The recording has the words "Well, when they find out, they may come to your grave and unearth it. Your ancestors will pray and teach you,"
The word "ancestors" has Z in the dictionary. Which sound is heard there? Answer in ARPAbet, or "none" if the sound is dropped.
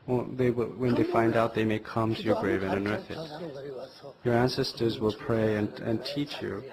Z